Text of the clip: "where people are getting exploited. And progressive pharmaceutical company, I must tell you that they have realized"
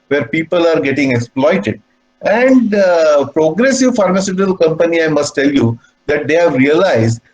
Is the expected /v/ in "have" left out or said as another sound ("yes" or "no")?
no